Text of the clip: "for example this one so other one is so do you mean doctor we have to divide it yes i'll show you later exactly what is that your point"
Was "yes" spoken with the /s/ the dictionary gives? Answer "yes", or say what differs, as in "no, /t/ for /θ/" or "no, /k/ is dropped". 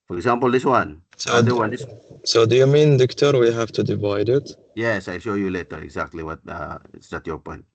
yes